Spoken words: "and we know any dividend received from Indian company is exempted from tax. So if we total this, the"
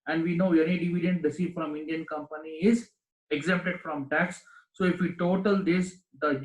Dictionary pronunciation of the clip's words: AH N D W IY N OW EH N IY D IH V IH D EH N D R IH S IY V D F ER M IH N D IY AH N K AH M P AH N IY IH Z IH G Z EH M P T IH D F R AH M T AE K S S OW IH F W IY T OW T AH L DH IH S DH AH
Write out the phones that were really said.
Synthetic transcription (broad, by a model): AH N D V IY N OW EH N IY D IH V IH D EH N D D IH S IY F D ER M IH N D IY AH N K AH M P AH N IY IH Z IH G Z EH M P T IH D F R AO M T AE K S S OW IH F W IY T OW T AH L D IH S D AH